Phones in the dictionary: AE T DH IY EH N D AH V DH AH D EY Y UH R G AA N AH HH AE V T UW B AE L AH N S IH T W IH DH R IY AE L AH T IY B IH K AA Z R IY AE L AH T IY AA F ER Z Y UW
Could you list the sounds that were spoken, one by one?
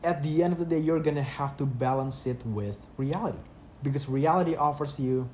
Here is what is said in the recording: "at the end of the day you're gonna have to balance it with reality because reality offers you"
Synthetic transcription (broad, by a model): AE T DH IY EH N D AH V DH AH D EY Y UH R G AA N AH HH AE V T UW B AE L AH N S IH T W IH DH R IY AE L AH T IY B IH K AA S R IY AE L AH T IY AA F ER S Y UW